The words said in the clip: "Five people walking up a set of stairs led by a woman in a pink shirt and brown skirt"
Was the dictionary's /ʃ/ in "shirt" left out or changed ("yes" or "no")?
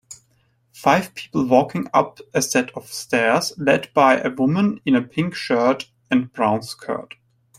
no